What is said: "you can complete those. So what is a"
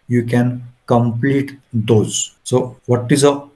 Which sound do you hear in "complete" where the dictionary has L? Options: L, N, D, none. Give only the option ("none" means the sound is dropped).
L